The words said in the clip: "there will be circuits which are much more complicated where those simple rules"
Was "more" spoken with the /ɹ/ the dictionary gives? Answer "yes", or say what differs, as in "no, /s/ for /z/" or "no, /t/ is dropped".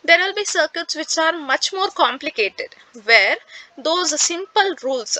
yes